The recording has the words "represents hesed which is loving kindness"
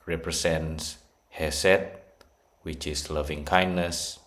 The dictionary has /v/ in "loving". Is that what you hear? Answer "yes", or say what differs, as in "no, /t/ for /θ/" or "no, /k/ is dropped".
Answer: yes